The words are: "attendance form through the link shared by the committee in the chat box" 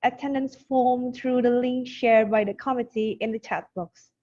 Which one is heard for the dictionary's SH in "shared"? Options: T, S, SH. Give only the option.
SH